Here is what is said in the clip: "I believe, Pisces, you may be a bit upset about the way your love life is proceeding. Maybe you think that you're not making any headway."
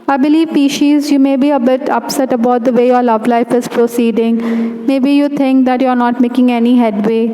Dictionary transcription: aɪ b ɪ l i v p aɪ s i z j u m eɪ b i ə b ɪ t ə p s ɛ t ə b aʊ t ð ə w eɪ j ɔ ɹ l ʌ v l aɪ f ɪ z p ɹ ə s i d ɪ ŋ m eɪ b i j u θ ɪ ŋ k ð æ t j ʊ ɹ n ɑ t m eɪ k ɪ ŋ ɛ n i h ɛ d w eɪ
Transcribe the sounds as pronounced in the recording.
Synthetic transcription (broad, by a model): aɪ b ɪ l i v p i ʃ i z j u m eɪ b i ə b ɪ t ə p s ɛ t ə b aʊ t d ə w eɪ j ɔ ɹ l ʌ v l aɪ f ɪ z p ɹ ə s i d ɪ ŋ m eɪ b i j u t ɪ ŋ k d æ t j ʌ ɹ n ɑ t m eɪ k ɪ ŋ ɛ n i h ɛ d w eɪ